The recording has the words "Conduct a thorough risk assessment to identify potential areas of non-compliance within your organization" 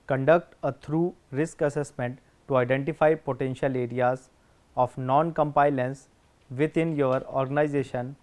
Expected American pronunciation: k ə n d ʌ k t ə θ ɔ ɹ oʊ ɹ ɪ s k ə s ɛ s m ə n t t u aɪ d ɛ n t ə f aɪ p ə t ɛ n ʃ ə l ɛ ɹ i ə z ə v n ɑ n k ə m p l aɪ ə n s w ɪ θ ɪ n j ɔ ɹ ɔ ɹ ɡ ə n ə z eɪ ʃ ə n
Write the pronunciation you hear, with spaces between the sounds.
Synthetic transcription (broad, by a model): k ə n d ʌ k t ə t ɹ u ɹ ɪ s k ə s ɛ s m ə n t t u aɪ d ɛ n t ə f aɪ p ə t ɛ n ʃ ə l ɛ ɹ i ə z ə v n ɑ n k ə m p aɪ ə n s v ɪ t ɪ n j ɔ ɹ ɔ ɹ ɡ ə n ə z eɪ ʃ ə n